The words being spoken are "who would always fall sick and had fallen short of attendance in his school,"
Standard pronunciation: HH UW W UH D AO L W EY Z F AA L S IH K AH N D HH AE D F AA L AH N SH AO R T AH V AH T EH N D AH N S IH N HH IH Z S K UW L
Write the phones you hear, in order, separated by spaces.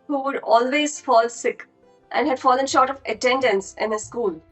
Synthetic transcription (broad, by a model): HH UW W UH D AO L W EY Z F AA L S IH K AH N D HH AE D F AA L AH N SH AO R T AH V AH T EH N D AH N S IH N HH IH S K UW L